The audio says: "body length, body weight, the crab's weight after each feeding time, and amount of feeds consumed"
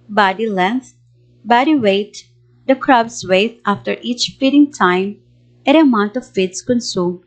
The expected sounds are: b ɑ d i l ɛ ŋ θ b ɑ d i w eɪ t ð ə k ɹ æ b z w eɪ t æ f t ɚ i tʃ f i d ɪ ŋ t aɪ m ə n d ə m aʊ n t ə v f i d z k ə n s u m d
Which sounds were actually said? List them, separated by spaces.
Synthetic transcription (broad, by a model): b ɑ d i l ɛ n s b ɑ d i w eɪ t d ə k ɹ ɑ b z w eɪ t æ f t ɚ i tʃ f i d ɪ ŋ t aɪ m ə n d ə m aʊ n t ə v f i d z k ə n s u m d